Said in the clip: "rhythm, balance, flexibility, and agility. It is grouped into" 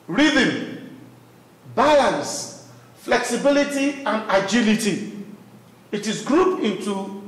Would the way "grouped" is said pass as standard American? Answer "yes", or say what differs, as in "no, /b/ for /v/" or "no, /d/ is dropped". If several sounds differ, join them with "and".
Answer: no, /t/ is dropped